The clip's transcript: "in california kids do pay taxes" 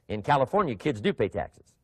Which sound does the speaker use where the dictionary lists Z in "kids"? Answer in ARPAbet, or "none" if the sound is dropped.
Z